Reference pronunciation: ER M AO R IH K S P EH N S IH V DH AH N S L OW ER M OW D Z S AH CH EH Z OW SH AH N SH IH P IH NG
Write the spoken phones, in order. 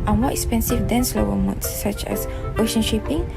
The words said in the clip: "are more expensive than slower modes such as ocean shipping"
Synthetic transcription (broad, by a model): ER M AO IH K S P EH N S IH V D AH N S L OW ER M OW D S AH CH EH S OW SH AH N SH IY P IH NG